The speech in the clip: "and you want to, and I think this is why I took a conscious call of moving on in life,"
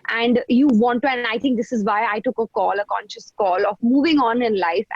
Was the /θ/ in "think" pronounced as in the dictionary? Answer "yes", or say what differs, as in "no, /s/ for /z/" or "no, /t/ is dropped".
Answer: no, /t/ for /θ/